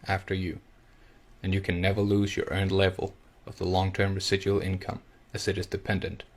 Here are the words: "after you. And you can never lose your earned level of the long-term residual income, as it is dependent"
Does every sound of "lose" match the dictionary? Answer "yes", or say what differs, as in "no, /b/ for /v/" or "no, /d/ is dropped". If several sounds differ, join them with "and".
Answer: yes